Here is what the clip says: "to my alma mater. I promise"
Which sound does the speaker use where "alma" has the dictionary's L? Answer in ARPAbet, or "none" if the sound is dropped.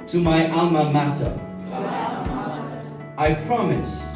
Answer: none